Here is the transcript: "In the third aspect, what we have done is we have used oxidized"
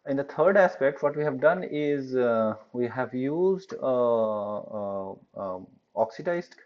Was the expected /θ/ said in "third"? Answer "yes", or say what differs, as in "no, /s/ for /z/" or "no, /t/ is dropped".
no, /t/ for /θ/